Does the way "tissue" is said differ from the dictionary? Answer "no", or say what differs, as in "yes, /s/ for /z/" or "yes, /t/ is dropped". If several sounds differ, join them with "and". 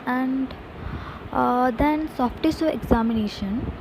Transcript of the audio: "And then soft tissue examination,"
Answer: yes, /s/ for /ʃ/